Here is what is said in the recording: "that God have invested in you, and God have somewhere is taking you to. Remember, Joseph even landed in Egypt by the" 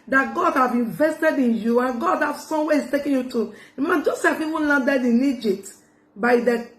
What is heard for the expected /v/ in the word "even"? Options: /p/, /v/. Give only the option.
/p/